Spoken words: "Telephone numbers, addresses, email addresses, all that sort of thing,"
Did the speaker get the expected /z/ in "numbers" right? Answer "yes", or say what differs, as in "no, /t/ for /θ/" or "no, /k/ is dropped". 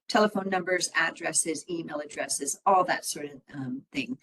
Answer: yes